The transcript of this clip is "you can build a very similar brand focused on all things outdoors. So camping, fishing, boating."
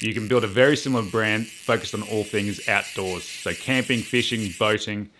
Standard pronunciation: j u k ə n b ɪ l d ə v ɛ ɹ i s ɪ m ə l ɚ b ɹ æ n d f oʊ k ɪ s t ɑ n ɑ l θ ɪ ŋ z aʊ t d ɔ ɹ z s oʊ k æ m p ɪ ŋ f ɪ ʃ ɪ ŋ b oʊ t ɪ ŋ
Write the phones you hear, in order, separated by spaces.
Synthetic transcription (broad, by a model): j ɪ k ə n b ɪ l d ə v ɛ ɹ i s ɪ m l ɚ b ɹ æ n d f oʊ k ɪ s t n ɑ l θ ɪ ŋ z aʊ t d ɔ ɹ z s oʊ k æ m p ɪ ŋ f ɪ ʃ ɪ ŋ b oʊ t ɪ ŋ